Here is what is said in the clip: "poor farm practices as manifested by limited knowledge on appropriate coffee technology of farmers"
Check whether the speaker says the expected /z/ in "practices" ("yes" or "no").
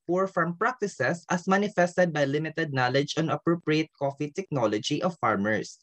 no